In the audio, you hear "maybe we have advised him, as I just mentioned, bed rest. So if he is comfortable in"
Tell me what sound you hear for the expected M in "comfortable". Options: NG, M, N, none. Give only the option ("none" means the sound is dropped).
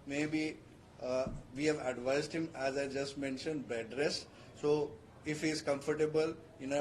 M